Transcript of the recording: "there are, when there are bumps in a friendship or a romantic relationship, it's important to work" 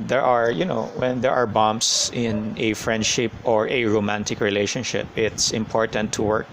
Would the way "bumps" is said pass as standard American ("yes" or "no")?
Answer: no